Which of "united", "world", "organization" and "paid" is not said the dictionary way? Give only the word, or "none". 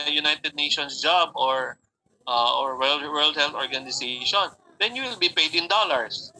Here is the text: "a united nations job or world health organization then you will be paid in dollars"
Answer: organization